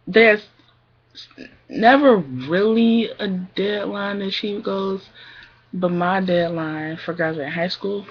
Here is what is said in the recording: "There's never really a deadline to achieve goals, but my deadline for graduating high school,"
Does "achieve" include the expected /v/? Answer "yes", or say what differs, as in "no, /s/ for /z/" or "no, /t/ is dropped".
no, /p/ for /v/